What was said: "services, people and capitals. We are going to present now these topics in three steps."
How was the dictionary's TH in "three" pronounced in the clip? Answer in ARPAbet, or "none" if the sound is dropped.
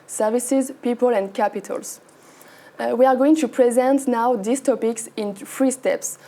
F